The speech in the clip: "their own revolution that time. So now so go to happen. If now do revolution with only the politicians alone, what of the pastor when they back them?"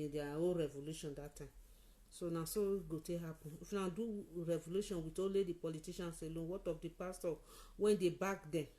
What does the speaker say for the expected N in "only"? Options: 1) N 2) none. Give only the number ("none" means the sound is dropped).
2